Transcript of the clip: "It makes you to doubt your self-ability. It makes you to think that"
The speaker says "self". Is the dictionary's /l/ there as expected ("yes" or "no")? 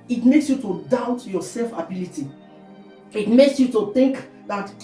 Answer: yes